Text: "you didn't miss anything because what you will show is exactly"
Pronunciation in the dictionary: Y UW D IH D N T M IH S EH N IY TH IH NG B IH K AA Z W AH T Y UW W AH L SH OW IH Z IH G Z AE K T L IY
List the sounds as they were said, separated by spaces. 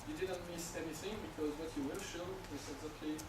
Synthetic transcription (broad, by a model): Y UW D IH D N T M IH S EH N IY TH IH NG B IH K AA Z W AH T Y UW W AH L SH OW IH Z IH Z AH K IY